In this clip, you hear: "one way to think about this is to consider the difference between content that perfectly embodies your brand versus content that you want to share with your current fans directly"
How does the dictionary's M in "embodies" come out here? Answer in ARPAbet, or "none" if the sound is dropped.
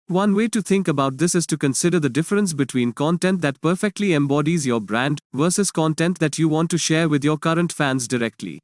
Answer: M